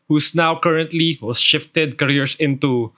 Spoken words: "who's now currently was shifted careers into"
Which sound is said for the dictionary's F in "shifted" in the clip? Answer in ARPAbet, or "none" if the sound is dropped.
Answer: F